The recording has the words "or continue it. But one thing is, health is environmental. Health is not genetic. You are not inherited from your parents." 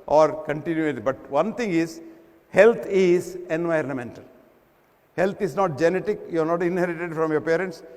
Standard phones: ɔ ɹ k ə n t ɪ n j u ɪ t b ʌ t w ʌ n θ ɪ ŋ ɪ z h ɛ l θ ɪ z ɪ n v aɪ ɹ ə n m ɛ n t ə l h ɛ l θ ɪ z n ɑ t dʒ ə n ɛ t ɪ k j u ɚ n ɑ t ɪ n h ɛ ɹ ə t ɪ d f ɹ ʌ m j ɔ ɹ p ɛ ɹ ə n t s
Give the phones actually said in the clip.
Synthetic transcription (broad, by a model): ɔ ɹ k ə n t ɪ n j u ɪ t b ʌ t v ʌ n t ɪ ŋ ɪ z h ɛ l t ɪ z ɪ n v aɪ ɹ ə n m ɛ n t ə l h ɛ l t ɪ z n ɑ t dʒ ə n ɛ t ɪ k j u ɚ n ɑ t ɪ n h ɛ ɹ ə t ɪ d f ɹ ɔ m j ɔ ɹ p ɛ ɹ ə n t s